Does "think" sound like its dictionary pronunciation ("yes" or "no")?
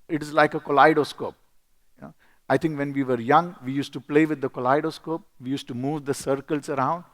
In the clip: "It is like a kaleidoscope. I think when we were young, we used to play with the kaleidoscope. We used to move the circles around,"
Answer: no